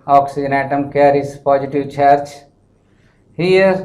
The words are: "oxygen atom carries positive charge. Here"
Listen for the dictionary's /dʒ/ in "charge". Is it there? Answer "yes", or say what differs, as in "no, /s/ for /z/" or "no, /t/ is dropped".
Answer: no, /tʃ/ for /dʒ/